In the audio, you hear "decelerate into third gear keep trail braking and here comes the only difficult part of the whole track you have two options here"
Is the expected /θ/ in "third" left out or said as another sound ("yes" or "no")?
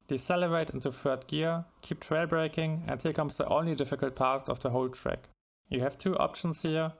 yes